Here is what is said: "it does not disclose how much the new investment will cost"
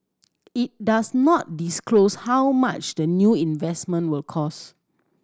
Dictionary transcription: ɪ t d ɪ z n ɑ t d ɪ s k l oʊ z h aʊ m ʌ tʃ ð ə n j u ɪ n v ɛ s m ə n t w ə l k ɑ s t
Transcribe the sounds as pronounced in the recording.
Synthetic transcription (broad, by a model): ɪ t d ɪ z n ɑ t d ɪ s k l oʊ s h aʊ m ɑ tʃ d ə n j u ɪ n v ɛ s m ə n t w ə l k ɑ s